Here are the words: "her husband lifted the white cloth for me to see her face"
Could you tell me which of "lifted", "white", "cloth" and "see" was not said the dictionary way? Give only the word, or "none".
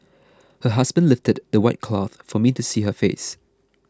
none